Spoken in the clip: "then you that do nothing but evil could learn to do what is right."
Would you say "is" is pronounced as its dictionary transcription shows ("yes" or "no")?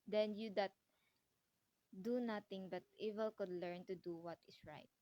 no